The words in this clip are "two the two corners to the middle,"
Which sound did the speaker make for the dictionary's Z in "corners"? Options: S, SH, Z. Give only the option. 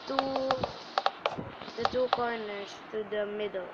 S